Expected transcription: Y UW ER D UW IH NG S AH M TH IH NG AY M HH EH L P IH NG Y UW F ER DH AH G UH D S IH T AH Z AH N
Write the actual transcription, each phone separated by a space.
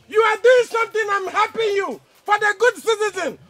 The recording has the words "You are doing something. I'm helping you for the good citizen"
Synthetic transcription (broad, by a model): Y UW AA D UW IH NG S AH M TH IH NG AY M HH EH P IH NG Y UW F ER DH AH G UH D S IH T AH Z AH N